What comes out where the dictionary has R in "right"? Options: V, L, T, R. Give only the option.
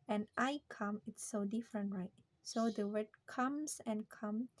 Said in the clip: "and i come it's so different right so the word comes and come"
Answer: R